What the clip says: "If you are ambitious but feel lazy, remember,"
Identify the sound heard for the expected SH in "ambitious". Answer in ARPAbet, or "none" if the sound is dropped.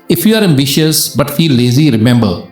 SH